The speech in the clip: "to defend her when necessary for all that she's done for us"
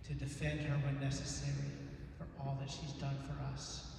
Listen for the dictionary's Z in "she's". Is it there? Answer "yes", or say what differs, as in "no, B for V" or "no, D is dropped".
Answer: yes